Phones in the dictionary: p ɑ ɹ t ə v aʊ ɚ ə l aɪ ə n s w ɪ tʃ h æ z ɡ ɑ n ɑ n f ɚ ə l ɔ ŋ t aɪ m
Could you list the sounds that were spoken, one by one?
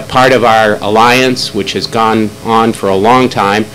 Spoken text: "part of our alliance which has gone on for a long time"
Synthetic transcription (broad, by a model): p ɑ ɹ t ə v aʊ ɚ ə l aɪ ə n s w ɪ tʃ h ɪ z ɡ ɑ n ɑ n f ɚ ə l ɔ ŋ t aɪ m